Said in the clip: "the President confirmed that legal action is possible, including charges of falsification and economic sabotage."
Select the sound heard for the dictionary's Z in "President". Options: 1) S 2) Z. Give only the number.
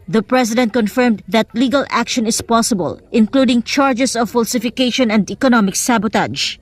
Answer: 1